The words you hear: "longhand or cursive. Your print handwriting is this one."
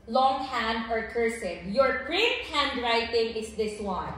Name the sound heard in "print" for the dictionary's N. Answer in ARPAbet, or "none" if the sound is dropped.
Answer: none